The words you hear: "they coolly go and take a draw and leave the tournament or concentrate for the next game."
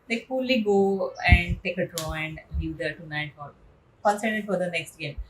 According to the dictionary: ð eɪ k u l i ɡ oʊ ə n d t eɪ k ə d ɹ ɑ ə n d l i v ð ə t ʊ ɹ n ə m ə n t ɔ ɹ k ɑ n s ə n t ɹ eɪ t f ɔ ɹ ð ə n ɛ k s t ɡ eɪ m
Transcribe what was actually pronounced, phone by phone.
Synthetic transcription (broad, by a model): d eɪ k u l i ɡ oʊ ə n d t eɪ k ə d ɹ ɑ ə n d l i v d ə t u n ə ə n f ɔ ɹ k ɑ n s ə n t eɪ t f ɔ ɹ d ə n ɛ k s t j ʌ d